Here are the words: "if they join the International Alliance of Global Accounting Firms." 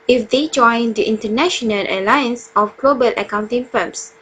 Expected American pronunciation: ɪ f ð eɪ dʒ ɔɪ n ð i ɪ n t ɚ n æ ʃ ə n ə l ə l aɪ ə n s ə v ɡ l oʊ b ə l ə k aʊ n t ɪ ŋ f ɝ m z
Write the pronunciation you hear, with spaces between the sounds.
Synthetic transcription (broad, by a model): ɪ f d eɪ dʒ ɔɪ n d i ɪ n t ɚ n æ ʃ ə n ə l ə l aɪ ə n s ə f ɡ l oʊ b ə l ə k aʊ n t ɪ ŋ f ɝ m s